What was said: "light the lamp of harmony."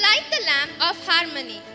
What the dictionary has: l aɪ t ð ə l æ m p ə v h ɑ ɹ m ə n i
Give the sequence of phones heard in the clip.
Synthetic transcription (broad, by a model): l aɪ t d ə l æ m ə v h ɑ ɹ m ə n i